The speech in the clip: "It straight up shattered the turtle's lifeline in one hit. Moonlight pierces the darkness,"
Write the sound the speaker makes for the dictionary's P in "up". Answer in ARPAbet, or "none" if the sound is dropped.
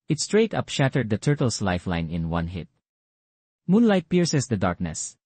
P